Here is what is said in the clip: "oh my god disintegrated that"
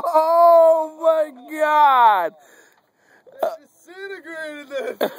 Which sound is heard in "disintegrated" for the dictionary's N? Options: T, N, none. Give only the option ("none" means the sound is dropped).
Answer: none